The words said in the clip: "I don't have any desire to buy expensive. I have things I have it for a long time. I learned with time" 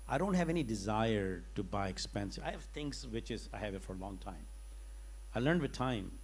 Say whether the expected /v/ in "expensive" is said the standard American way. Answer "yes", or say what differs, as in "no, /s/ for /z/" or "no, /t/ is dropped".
no, /v/ is dropped